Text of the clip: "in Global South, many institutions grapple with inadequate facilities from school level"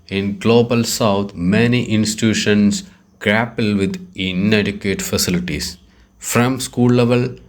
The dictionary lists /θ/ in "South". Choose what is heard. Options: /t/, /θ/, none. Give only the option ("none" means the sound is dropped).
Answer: /t/